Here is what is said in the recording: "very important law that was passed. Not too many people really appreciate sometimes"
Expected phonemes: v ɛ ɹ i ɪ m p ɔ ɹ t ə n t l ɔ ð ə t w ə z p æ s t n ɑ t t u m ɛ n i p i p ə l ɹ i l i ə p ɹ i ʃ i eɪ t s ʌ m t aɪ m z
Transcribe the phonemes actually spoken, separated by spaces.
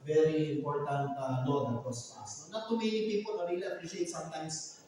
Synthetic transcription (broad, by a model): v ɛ ɹ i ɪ m p ɔ ɹ t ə n t n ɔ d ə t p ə s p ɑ s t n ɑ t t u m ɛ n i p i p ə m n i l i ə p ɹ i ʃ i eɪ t s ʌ m t aɪ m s